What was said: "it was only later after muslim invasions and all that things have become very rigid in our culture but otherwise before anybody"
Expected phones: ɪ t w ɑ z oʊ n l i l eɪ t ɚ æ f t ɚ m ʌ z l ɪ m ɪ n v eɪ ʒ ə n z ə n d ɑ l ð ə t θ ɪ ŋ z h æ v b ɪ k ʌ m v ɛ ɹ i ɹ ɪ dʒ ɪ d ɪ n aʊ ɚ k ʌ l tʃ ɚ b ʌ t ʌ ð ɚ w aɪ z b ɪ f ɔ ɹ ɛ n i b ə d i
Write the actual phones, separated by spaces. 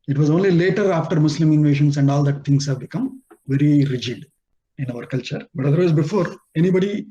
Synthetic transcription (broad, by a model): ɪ t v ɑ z oʊ n l i l eɪ t ɚ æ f t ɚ m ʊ s l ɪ m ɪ n v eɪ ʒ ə n s ə n d ɑ l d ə t t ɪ ŋ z h æ v b ɪ k ʌ m v ɛ ɹ i ɹ ɪ dʒ ɪ d ɪ n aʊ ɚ k ʌ l tʃ ɚ b ʌ t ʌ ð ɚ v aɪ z b ɪ f ɔ ɹ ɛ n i b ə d i